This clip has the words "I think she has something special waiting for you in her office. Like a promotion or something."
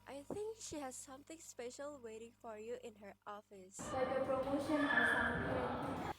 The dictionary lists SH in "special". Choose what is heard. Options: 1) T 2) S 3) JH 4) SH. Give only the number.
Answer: 4